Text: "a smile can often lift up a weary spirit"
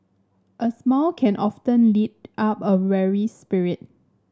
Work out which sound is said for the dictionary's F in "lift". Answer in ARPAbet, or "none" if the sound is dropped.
none